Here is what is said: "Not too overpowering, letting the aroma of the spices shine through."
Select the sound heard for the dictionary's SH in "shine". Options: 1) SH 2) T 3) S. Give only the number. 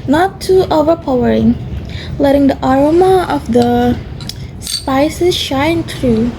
1